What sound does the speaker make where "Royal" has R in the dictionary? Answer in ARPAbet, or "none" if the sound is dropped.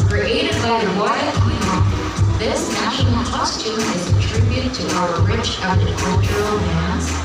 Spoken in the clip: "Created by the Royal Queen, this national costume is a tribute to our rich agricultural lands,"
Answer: W